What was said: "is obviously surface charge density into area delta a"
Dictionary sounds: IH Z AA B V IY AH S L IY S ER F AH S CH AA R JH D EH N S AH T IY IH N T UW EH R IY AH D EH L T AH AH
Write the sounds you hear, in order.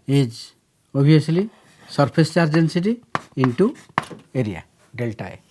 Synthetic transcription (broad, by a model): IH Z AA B IY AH S L IY S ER P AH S CH AA R JH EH N S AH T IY IH N T UW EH R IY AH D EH L T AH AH